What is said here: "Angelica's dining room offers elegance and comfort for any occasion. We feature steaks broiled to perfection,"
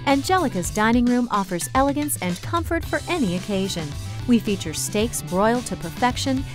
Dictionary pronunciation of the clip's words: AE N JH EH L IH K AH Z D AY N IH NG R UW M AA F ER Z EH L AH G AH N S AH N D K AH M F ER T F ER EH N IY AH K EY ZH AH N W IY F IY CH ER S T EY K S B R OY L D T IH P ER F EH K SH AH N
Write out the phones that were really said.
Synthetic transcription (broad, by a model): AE N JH EH L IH K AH Z D AY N IH NG R UW M AA F ER Z EH L AH G AH N S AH N K AH M F ER T F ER EH N IY AH K EY ZH AH N W IY F IY CH ER S T EY K S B R OY L T IH P ER F EH K SH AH N